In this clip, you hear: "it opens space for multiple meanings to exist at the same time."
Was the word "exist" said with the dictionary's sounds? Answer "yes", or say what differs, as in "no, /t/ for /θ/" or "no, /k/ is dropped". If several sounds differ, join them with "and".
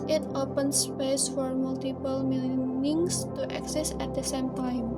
no, /t/ is dropped